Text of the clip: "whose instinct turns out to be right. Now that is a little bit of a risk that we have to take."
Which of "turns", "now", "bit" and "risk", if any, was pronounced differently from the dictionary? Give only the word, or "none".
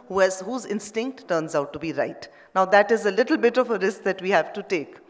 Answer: none